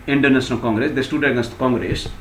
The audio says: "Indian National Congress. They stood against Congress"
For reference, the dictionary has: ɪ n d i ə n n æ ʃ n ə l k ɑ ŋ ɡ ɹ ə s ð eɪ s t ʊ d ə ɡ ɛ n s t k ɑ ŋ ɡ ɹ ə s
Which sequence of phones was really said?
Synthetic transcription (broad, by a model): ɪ n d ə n n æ s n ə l k ɑ ŋ ɡ ɹ ə s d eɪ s t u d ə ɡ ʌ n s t k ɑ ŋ ɡ ɹ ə s